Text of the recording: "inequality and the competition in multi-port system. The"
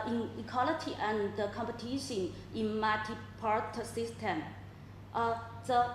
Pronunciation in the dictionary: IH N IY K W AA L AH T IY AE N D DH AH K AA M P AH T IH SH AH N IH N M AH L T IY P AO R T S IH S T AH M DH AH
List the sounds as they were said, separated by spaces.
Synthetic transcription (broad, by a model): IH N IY K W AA L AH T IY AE N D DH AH K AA M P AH T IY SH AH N IH N M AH T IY P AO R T S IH S T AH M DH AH